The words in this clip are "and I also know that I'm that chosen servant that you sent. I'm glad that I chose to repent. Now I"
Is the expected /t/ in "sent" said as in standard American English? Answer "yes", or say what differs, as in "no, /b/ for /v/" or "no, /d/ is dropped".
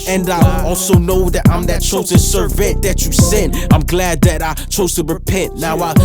no, /t/ is dropped